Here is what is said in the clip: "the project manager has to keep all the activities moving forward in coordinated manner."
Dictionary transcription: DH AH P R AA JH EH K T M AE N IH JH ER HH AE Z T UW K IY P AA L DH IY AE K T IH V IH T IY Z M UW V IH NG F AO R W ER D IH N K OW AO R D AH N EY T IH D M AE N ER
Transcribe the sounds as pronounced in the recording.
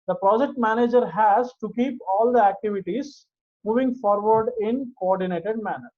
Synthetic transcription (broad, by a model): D AH P R AA JH EH K T M AE N IH JH ER HH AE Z T UW K IY P AA L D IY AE K T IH V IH T IY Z M UW V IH NG F AO R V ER D IH N K OW AO R D AH N EY T IH D M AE N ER